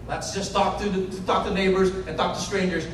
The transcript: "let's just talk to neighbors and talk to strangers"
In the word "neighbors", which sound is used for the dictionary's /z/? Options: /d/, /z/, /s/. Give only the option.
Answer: /z/